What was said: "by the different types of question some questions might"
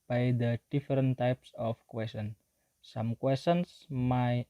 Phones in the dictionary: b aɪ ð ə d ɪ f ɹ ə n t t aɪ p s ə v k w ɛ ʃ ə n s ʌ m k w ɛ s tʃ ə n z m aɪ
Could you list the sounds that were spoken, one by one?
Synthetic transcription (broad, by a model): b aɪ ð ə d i f ɹ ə n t t aɪ p s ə f k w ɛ s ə n s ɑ m k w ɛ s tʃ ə n s m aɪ